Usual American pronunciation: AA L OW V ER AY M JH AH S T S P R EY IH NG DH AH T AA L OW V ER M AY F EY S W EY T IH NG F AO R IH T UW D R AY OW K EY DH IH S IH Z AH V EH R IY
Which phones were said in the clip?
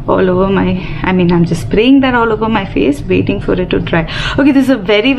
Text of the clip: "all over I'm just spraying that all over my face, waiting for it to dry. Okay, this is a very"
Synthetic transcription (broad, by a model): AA L OW V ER AY M JH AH S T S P R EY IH NG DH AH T AA L OW V ER M AY F EY S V EY T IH NG F AO R IH T UW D R AY OW K EY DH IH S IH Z AH V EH R IY